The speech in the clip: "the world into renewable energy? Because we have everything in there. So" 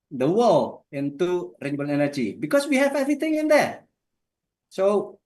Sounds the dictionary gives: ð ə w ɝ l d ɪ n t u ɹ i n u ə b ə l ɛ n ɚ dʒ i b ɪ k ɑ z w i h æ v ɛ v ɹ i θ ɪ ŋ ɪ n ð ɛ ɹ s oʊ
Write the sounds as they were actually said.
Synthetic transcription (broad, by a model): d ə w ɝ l ɪ n t u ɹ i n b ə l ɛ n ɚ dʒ i b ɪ k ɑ s w i h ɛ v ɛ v ɹ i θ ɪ ŋ ɪ n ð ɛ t s oʊ